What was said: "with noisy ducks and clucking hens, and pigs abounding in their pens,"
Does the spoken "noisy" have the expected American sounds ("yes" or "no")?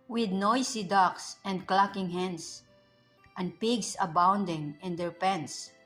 no